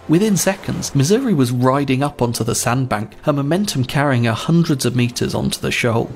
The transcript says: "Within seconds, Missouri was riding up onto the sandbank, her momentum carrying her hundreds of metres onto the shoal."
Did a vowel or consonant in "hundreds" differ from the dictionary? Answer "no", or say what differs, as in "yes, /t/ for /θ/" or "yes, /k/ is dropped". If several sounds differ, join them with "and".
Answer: no